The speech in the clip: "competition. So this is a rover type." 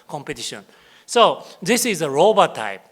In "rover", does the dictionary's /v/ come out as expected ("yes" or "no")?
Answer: no